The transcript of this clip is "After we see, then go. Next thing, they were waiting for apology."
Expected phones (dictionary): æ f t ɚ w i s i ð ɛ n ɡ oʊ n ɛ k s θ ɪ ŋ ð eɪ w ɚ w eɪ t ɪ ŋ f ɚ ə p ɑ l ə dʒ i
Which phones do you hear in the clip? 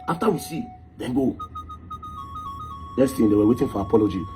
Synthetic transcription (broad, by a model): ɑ f t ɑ w i s i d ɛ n ɡ oʊ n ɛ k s t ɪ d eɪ w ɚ w eɪ t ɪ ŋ f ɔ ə p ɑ l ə dʒ i